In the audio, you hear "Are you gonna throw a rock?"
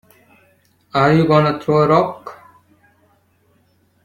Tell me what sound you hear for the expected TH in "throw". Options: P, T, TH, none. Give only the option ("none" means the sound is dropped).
T